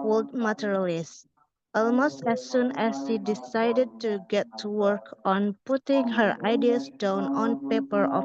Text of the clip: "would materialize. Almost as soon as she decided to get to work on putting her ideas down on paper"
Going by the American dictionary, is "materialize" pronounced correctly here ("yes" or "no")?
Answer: no